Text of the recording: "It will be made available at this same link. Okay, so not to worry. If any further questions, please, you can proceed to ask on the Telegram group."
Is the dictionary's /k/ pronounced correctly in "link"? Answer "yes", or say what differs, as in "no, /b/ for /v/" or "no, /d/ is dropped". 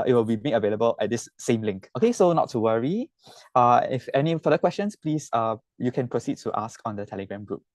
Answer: yes